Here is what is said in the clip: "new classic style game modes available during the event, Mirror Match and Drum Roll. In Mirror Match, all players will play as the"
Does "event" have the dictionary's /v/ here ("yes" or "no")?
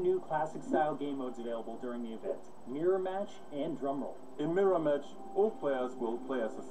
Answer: yes